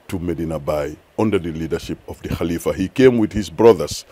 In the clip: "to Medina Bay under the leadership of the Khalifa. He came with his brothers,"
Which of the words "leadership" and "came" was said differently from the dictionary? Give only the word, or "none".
none